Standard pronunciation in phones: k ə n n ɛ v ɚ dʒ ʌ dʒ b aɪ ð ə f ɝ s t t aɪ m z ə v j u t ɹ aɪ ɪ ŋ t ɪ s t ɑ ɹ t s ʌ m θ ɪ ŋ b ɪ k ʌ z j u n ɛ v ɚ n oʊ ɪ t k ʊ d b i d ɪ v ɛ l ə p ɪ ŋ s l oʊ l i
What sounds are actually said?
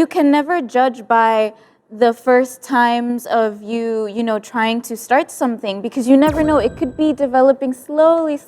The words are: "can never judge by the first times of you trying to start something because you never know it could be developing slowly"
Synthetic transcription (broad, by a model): k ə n n ɛ v ɚ dʒ ʌ dʒ b aɪ ð ə f ɝ s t t aɪ m z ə v j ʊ t ɹ aɪ ɪ ŋ t ɪ s t ɑ ɹ t s ʌ m θ ɪ ŋ b ɪ k ʌ z j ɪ n ɛ v ɚ n oʊ ɪ t k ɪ d b i d ɪ v ɛ l ə p ɪ ŋ s l oʊ l i